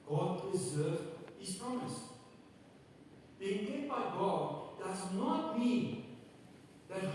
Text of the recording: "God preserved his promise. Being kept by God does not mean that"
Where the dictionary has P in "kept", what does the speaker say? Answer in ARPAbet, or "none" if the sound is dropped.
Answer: none